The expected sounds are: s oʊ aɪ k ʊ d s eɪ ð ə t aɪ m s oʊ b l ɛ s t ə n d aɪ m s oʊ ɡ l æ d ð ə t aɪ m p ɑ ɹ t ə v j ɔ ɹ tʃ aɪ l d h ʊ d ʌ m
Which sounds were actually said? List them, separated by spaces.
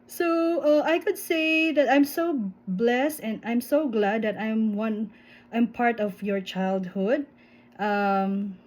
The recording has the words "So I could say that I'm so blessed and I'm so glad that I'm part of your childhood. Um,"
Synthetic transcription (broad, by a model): s oʊ aɪ k ʊ d s eɪ ð ə t aɪ m s oʊ b l ɛ s t ə n d aɪ m s oʊ ɡ l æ d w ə t aɪ m p ɑ ɹ t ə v j ɔ ɹ tʃ aɪ l d h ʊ d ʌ m